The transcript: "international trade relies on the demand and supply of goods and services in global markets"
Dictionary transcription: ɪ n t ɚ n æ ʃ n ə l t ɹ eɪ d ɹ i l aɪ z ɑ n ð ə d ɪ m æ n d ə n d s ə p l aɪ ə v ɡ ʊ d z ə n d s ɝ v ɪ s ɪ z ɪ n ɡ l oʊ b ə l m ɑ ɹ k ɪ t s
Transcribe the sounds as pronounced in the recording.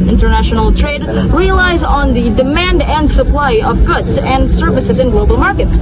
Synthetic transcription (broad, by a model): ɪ n t ɚ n æ ʃ n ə l t ɹ eɪ d ɹ i l aɪ z n ð ə d ɪ m æ n d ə n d s ə p l aɪ ə v ɡ ʊ d z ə n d s ɝ v ɪ s ɪ z ɪ n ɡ l oʊ b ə l m ɑ ɹ k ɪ t s